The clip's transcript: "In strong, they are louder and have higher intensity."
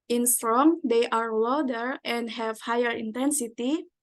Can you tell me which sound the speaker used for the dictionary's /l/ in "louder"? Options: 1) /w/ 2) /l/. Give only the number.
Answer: 1